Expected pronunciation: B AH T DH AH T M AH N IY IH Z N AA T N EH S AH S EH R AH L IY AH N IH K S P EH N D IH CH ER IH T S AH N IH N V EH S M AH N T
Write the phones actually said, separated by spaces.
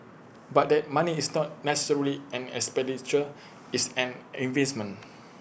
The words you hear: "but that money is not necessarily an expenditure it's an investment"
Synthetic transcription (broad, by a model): B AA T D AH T M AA N IY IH S N AA T N EH S AH S EH R AH L IY AH N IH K S P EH N D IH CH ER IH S AH N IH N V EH S M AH N